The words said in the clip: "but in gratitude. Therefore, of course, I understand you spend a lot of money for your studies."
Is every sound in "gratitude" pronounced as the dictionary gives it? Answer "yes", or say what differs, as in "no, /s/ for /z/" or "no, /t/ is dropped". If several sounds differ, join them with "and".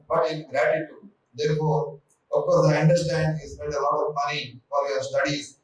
yes